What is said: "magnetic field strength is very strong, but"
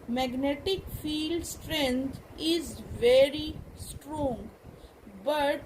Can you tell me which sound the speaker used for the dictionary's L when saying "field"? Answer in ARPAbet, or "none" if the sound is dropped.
L